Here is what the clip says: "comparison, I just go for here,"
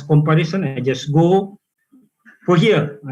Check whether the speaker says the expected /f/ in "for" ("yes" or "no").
no